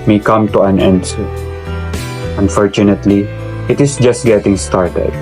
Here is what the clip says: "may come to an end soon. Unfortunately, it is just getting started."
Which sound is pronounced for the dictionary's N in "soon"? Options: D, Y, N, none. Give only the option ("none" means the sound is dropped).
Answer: none